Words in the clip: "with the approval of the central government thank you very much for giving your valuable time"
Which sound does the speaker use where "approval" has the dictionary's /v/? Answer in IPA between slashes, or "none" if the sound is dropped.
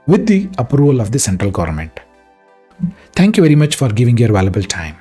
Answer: /v/